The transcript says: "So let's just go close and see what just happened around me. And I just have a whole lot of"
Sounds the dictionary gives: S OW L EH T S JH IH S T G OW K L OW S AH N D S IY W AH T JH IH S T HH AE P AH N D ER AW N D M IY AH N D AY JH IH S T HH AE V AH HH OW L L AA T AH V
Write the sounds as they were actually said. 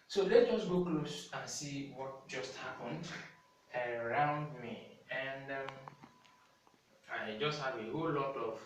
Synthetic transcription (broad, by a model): S OW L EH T JH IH S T G OW K L OW S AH N S IY W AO T JH IH S T HH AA P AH N D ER AW N D M IY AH N D AY JH IH S T HH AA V AH HH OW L L AA T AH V